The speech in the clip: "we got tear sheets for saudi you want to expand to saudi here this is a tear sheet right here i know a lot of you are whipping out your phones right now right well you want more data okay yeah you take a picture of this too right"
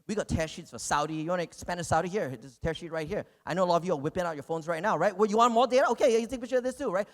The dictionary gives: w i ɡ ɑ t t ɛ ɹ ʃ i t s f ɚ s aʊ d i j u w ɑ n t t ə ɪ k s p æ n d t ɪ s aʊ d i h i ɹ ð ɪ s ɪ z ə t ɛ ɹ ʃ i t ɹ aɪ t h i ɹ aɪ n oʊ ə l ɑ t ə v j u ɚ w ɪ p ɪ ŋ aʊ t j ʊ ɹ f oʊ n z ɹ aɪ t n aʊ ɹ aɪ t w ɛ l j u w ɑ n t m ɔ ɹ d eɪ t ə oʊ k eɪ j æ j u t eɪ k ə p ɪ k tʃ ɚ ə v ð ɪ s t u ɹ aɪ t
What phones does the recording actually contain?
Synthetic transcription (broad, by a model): w i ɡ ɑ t t ɛ ɹ ʃ i t s f ɚ s aʊ d i j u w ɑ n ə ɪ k s p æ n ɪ s aʊ d i h i ɹ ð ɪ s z t ɛ ɹ ʃ i t ɹ aɪ t h i ɹ aɪ n oʊ ə l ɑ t ə v j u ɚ w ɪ p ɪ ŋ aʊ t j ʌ ɹ f oʊ n z ɹ aɪ t n aʊ ɹ aɪ t w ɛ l j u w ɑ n m ɔ ɹ d eɪ t ə oʊ k eɪ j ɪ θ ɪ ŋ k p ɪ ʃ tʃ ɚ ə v ð ɪ s t u ɹ aɪ t